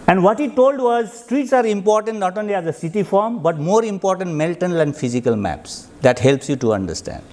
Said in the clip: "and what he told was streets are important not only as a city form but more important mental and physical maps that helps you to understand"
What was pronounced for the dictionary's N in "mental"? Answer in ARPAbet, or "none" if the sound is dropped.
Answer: L